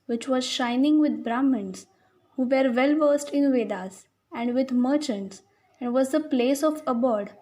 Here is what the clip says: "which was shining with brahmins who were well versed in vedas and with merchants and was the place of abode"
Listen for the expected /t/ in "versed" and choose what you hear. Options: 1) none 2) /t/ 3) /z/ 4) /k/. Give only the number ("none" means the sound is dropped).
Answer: 2